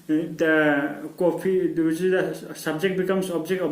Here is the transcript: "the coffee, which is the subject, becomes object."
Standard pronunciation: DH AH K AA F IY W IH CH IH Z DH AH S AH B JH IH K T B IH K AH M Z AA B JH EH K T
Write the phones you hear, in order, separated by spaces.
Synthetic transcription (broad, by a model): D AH K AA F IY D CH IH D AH S AH B JH IH K T B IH K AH M S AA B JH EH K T